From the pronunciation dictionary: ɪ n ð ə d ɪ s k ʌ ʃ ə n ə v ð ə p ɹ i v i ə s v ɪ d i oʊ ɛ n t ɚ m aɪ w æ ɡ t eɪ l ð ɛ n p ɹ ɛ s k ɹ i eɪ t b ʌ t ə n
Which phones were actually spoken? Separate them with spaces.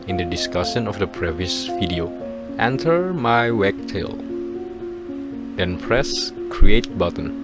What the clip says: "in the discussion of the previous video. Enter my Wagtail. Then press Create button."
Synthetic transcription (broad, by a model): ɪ n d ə d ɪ s k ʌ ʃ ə n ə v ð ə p ɹ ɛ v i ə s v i d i oʊ ɛ n t ɚ m aɪ w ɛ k t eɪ l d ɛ n p ɹ ɛ s k ɹ i eɪ t b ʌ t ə n